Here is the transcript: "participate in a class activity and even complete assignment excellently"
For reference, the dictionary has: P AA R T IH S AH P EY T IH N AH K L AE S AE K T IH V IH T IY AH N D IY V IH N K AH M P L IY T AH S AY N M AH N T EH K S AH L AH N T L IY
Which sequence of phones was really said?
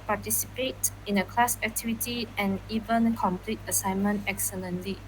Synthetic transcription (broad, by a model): P AA T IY S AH P EY T IH N AH K L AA S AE K T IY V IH T IY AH N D IY V IH N K AH M P L IY T AH S AY N M AH N T EH K S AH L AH N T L IY